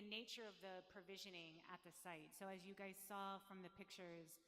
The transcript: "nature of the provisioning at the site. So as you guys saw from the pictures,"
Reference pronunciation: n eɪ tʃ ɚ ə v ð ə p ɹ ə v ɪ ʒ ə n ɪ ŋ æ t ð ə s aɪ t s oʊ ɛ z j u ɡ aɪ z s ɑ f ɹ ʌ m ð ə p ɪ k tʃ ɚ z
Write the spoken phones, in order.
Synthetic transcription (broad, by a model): n eɪ tʃ ɚ ə v ð ə p ɹ ə v ɪ ʒ ə n ɪ ŋ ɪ t ð ə s aɪ t s oʊ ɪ z j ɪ ɡ aɪ z s ɑ f ɹ ʌ m ð ə p ɪ k tʃ ɚ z